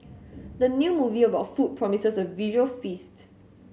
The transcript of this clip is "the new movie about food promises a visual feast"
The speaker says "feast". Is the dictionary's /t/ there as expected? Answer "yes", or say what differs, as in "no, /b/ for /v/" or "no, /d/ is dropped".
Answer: yes